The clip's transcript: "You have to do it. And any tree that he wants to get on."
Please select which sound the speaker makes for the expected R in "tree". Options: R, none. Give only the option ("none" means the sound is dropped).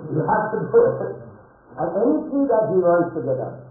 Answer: none